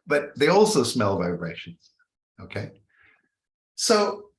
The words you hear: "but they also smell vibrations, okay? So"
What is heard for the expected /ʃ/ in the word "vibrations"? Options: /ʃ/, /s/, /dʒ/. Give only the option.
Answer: /ʃ/